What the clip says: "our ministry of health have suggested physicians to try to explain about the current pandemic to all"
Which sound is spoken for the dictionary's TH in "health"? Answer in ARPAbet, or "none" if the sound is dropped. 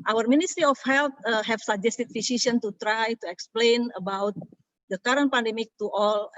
T